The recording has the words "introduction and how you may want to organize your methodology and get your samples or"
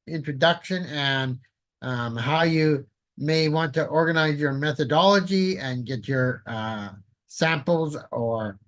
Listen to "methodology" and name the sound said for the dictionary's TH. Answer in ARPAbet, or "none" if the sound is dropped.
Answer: TH